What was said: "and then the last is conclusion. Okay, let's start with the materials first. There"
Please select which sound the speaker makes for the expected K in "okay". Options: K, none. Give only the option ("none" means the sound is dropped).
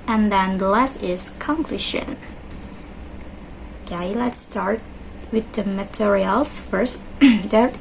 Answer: none